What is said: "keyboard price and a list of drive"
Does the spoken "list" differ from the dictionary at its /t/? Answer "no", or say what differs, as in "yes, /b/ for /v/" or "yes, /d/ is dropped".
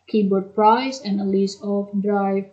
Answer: yes, /t/ is dropped